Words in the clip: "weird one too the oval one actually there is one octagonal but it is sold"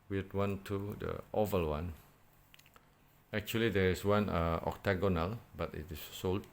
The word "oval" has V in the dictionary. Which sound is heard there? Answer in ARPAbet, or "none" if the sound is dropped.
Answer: V